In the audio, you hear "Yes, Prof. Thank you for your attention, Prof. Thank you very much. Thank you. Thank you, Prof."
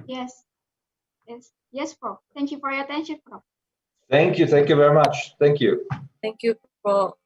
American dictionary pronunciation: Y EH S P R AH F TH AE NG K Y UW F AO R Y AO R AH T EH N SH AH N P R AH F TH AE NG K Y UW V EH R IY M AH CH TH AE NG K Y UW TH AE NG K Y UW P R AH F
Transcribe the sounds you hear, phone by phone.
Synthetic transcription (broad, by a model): Y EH S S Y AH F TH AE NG K Y UW F AO R Y AO R AH T EH N SH AH N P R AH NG TH AE NG K Y UW V EH R IY M AH CH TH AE NG K Y UW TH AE NG K Y UW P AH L